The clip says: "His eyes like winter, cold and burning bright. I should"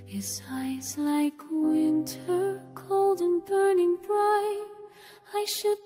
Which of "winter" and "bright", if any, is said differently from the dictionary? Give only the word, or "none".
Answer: bright